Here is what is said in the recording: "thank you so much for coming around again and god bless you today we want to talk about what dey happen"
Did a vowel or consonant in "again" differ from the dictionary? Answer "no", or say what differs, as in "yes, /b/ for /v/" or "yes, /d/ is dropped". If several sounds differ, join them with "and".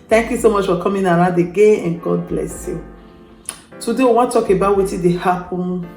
yes, /n/ is dropped